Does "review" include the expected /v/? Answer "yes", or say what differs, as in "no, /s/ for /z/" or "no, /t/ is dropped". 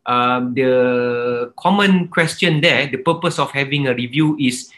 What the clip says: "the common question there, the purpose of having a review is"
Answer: yes